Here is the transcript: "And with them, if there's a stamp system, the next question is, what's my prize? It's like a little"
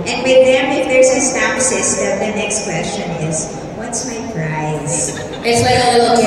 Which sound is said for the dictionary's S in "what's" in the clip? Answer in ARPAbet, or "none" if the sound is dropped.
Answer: S